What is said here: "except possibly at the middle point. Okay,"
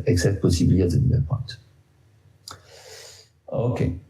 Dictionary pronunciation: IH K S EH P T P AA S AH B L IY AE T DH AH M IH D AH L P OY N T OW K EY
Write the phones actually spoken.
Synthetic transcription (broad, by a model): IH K S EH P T P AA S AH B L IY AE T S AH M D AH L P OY T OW K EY